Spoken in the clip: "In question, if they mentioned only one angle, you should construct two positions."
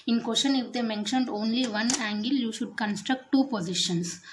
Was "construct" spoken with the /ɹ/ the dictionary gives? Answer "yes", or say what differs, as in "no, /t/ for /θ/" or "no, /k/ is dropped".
yes